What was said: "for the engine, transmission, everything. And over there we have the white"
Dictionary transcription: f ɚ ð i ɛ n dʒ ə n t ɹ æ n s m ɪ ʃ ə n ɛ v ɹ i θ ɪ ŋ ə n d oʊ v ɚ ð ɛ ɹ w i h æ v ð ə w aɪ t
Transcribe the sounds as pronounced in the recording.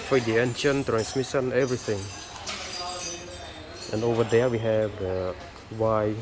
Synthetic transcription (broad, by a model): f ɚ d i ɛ n ʃ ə n t ɹ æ n s m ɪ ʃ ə n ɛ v ɹ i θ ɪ ŋ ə n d oʊ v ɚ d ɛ w i h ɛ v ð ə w aɪ